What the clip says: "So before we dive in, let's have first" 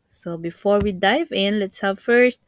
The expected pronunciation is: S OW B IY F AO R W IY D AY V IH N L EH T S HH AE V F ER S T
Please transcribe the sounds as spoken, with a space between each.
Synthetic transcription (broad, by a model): S OW B IY F AO R W IY D AY V IH N L EH T S HH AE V F ER S T